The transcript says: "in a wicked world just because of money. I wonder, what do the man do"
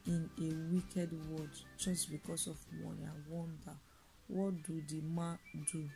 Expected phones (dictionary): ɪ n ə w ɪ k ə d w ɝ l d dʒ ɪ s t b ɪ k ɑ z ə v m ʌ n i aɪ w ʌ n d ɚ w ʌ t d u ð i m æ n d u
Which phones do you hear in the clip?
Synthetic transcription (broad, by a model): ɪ n ə w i k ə d w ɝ d dʒ ɪ s t b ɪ k ɑ s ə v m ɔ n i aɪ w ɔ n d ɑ w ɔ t d u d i m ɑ d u